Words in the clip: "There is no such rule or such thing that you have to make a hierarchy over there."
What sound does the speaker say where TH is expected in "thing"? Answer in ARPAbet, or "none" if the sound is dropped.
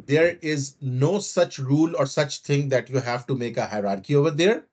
T